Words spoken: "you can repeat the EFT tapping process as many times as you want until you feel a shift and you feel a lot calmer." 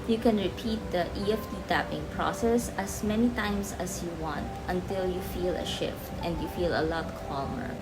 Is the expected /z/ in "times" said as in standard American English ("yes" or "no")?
no